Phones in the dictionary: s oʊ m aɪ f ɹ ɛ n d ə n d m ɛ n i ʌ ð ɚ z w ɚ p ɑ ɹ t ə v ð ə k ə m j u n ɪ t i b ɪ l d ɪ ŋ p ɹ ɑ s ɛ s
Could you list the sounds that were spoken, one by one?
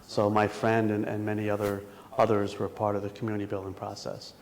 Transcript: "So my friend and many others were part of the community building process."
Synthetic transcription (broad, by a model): s oʊ m aɪ f ɹ ɛ n d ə n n m ɛ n i ʌ ð ɚ z w ɚ p ɑ ɹ t ə v ð ə k m j u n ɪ t i b ɪ l d ɪ ŋ p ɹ ɑ s ɛ s